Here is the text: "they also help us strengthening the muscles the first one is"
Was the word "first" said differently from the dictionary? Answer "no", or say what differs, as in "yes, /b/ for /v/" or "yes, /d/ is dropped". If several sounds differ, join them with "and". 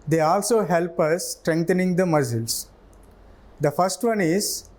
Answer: no